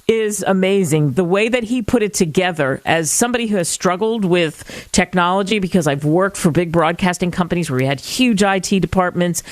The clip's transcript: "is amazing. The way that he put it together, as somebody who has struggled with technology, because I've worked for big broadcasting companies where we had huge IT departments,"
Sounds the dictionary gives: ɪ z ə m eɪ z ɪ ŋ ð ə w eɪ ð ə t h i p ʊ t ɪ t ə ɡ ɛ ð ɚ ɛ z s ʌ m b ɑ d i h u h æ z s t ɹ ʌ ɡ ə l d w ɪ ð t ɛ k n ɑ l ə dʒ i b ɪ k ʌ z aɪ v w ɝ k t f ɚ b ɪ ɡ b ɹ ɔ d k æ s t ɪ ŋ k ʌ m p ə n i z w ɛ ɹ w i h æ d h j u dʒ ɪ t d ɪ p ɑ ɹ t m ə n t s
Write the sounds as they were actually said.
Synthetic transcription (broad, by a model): ɪ z ə m eɪ z ɪ ŋ ð ə w eɪ ð ə t h i p ʊ t ɪ t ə ɡ ɛ ð ɚ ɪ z s ʌ m b ɑ d i h u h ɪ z s t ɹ ʌ ɡ l d w ɪ ð t ɛ k n ɑ l ə dʒ i b ɪ k ʌ z aɪ v w ɝ k t f ɚ b ɪ ɡ b ɹ ɔ d k æ s t ɪ ŋ k ʌ m p ə n i z w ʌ ɹ w i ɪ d h j u dʒ ɪ t d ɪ p ɑ ɹ t m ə n t s